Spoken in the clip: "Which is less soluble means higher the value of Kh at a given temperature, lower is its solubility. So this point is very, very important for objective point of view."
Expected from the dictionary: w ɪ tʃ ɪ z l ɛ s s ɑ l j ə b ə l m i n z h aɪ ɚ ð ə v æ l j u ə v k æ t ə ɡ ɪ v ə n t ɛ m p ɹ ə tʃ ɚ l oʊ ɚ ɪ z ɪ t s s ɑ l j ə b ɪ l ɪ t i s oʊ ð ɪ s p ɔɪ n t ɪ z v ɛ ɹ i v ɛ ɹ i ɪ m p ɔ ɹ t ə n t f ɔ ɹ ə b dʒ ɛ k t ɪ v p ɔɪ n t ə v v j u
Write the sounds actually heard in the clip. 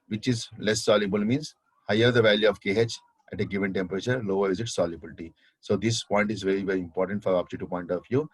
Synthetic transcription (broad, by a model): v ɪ tʃ ɪ z l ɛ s s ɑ l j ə b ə l m i n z h aɪ ɚ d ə v æ l j u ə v k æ t ə ɡ ɪ v ə n t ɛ m p ɹ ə tʃ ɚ l oʊ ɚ ɪ z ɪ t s s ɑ l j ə b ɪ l t i s oʊ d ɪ s p ɔɪ n t ɪ z v ɛ ɹ i v ɛ ɹ i ɪ m p ɔ ɹ t ə n t f ɔ ɹ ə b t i t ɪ p ɔɪ n t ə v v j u